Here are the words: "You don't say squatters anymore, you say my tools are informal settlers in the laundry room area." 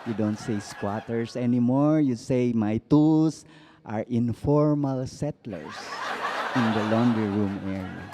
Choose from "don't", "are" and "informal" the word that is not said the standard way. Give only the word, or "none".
none